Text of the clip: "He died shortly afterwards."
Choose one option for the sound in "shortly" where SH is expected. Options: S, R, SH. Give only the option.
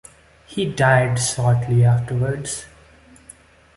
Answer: S